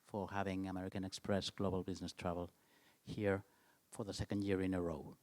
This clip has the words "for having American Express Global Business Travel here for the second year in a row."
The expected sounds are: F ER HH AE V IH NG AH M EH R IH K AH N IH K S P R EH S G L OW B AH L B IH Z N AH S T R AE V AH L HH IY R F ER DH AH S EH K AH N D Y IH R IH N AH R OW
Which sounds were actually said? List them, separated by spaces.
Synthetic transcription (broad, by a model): F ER HH AE V IH NG AH M EH R IH K AH N IH K S P R EH S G L OW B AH L B IH Z N AH S T R AE V AH L HH IY R F ER DH AH S EH K AH N D Y IH R IH N AH R OW